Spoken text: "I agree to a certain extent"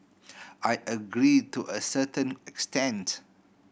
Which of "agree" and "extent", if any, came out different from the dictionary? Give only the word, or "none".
none